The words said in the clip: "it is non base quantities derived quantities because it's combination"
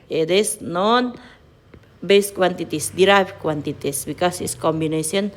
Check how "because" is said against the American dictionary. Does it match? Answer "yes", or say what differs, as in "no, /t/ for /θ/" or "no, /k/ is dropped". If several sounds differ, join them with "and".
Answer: no, /s/ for /z/